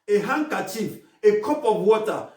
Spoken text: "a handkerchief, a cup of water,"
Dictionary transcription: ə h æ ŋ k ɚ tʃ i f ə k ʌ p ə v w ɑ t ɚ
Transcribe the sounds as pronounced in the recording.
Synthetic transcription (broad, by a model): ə h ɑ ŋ k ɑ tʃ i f ə k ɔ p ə b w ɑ t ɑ